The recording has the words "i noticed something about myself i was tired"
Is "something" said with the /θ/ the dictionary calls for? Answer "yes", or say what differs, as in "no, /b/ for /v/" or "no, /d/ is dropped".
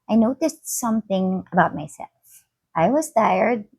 yes